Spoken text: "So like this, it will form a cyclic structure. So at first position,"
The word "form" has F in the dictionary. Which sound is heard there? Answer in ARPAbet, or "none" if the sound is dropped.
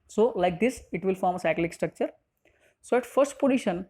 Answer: F